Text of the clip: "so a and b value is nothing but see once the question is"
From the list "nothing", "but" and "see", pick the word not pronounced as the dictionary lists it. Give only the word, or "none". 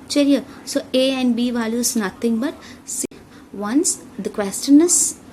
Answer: nothing